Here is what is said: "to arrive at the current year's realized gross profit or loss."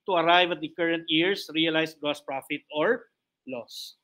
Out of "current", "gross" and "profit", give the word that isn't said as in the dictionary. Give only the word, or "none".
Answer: gross